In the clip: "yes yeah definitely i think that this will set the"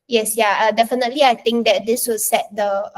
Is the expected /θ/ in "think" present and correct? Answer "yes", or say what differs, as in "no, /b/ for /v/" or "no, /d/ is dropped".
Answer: no, /t/ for /θ/